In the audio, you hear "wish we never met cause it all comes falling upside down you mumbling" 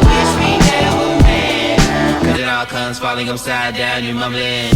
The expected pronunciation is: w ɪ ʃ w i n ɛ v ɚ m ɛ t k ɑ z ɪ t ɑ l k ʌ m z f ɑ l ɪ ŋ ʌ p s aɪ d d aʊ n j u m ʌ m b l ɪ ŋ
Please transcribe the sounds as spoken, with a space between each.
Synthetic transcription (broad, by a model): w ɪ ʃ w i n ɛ w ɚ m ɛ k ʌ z ɪ t ɑ l k ʌ m z f ɑ l ɪ ŋ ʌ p s aɪ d d aʊ n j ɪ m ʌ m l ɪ